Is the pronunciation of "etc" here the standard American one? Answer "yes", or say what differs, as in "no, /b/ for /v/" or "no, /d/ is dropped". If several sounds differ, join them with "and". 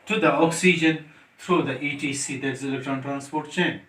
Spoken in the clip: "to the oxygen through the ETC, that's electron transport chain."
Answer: no, /s/ is dropped